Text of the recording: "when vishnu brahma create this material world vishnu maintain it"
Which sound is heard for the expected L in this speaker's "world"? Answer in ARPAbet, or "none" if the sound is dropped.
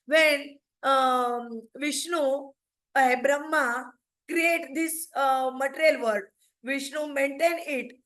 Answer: none